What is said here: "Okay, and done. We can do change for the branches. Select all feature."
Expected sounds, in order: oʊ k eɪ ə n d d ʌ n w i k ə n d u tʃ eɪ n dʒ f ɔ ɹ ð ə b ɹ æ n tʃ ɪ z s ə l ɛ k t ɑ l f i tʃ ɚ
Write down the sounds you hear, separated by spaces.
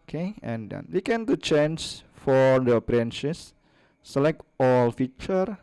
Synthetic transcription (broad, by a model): k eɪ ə n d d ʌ n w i k ə n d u tʃ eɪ n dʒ f ɔ ɹ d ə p ɹ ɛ n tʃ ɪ s ə l ɛ k t ɑ l f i tʃ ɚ